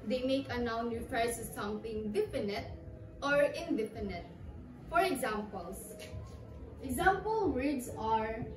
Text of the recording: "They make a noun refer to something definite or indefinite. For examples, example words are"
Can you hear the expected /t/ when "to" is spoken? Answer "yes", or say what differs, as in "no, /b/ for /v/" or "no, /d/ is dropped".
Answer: no, /s/ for /t/